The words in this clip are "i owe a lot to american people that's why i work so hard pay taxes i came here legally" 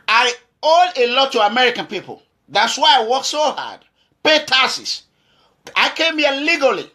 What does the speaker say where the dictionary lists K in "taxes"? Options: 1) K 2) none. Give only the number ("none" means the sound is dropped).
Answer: 2